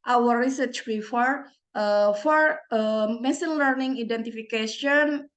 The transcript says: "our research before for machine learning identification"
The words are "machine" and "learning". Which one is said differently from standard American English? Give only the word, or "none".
machine